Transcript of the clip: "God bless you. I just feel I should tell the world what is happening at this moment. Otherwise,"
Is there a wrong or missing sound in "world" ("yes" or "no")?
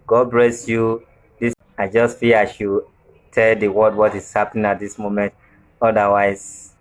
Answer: yes